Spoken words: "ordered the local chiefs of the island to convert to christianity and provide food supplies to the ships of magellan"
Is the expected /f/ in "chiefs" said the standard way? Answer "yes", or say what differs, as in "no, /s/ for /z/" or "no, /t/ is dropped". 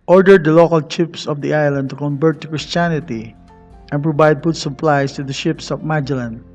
no, /p/ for /f/